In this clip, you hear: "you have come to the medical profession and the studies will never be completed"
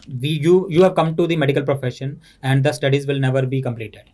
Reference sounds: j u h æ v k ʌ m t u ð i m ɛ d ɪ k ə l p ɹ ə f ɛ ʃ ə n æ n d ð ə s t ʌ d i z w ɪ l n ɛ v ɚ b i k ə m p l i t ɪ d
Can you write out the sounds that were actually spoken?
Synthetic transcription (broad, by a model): j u h æ v k ʌ m t u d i m ɛ d ɪ k ə l p ɹ ə f ɛ ʃ ə n æ n d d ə s t ʌ d i z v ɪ l n ɛ v ɚ b i k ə m p l i t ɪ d